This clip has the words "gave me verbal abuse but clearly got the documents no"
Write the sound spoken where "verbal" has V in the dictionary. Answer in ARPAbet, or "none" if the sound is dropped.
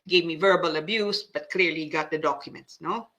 V